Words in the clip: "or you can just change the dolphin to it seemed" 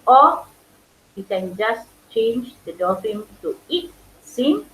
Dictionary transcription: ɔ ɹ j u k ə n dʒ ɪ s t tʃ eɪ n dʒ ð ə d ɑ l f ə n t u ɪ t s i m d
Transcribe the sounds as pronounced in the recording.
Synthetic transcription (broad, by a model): ɔ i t k ə n dʒ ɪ s tʃ eɪ n dʒ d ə d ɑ f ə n t u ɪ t s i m